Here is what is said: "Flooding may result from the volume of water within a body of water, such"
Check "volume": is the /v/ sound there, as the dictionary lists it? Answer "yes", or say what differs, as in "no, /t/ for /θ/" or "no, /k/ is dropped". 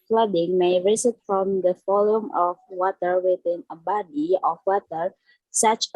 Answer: no, /f/ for /v/